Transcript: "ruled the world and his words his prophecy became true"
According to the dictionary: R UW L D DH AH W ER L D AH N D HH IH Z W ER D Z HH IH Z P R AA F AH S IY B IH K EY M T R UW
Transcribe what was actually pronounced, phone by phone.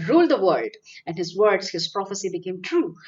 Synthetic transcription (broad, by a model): R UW L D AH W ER D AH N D HH IH Z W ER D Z HH IH Z P R AA F AH S IY B IH K EY M T R UW